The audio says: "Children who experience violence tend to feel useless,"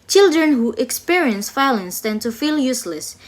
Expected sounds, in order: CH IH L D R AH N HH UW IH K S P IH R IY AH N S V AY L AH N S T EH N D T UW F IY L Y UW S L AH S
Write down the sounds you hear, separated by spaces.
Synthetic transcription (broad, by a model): CH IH L D R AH N HH UW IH K S P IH R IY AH N S F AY L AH N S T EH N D T UW F IY L Y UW S L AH S